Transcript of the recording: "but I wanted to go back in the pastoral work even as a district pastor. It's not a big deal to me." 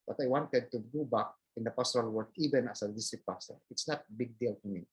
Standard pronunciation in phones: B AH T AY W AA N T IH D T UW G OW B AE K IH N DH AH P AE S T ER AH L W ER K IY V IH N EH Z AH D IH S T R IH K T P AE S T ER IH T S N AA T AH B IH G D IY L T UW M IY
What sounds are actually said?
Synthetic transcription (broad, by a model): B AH T AY W AA N T IH D T UW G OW B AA K IH N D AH P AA S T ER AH L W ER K IY V IH N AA S AH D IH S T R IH T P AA S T IH T S N AA T B IH G D IY L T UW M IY